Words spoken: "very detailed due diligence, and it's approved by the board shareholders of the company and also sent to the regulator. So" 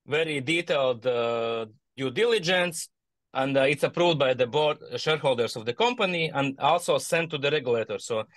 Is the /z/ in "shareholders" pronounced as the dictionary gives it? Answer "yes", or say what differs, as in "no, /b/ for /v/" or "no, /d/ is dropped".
no, /s/ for /z/